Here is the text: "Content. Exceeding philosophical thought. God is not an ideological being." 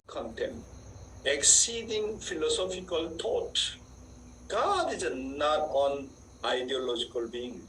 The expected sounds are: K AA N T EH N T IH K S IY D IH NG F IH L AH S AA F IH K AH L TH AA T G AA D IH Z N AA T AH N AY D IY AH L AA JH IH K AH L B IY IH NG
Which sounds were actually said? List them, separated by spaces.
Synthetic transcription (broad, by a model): K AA N T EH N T IH K S IY D IH NG F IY L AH S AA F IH K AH L T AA T G AA D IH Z N AA T AH N AY D IY AH L AA JH IH K AH L B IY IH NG